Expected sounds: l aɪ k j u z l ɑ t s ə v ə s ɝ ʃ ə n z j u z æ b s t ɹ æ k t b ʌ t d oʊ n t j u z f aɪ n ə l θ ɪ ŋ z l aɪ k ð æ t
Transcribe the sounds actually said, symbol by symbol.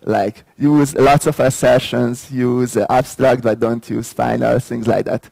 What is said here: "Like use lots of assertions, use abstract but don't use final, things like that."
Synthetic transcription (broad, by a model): l aɪ k j u z l ɑ t s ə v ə s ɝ ʃ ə n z j u z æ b s t ɹ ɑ k t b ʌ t d oʊ n t j u z f aɪ n ə l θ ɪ ŋ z l aɪ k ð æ t